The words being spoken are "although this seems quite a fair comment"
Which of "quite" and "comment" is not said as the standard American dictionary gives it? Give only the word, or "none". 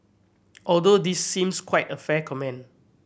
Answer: comment